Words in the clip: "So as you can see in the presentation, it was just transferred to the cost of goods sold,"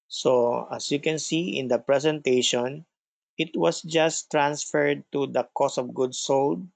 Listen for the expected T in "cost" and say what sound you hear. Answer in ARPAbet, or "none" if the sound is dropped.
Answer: none